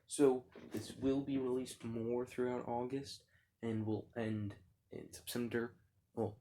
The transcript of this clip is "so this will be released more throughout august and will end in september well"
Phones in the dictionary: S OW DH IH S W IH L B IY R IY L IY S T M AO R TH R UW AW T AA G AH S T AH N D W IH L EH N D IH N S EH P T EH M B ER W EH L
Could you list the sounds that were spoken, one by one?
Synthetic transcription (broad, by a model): S OW DH IH S W IH L B IY R IY L IY S T M AO R TH R UW AW T AA G AH S T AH N W IH L EH N D IH N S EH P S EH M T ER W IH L